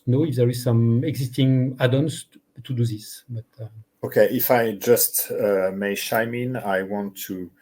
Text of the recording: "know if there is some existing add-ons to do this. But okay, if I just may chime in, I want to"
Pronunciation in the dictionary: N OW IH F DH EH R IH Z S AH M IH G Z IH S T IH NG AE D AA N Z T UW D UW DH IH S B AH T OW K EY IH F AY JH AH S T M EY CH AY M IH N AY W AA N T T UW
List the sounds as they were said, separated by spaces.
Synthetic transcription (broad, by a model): N OW IH F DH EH R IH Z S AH M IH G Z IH S T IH NG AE D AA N S T UW D UW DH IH S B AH T OW K EY IH F AY JH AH S T M EY SH AY M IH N AY W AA N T T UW